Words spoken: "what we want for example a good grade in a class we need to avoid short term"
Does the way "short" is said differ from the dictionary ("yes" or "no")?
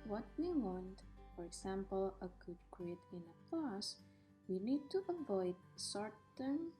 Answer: yes